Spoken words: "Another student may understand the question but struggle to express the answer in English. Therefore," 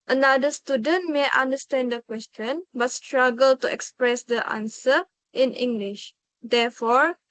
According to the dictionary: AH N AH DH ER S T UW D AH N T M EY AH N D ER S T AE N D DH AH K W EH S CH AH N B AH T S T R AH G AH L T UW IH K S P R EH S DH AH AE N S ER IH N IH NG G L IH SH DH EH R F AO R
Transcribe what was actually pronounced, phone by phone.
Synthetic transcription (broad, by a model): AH N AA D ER S T UW D AH N T M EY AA N D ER S T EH N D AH K W EH S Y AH N B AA T S T R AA G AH L T UW IH K S P R EH S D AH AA N S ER IH N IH NG G L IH SH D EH F AO R